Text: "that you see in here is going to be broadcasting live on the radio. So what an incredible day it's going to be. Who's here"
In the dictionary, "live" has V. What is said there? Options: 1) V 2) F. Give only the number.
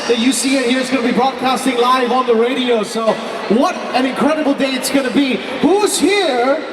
1